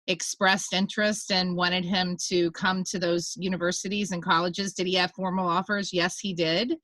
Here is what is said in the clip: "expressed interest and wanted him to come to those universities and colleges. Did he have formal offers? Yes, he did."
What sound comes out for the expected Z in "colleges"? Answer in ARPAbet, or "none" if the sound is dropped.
Z